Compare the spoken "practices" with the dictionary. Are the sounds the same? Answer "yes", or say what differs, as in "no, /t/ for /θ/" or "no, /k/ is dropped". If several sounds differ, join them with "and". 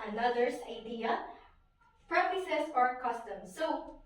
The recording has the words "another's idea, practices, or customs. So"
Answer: no, /s/ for /z/